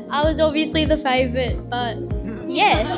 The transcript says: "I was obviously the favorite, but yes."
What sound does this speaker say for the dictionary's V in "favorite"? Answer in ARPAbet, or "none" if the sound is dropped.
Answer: V